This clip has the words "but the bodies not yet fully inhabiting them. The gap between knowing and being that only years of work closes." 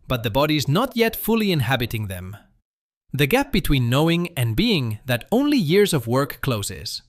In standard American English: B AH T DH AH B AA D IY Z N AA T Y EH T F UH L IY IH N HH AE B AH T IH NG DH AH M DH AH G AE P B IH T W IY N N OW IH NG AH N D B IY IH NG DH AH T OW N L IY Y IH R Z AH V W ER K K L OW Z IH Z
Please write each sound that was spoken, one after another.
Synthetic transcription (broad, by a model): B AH T DH AH B AA D IY Z N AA T Y EH T F UH L IY IH N HH AE B AH T IH NG DH AH M DH AH G AE P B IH T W IY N N OW IH NG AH N B IY IH NG DH AH T OW N L IY Y IH R Z AH V W ER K K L OW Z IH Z